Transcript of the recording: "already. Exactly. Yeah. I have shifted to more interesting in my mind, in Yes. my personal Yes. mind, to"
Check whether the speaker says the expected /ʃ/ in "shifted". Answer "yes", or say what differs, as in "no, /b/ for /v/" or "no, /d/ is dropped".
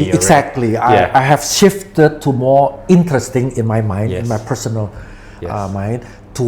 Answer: yes